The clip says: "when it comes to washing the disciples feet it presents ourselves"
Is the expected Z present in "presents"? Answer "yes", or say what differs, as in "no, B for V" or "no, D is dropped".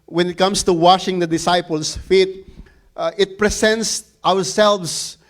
no, S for Z